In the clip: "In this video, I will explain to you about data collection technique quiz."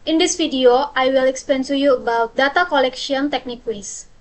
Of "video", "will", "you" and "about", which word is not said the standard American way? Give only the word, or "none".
video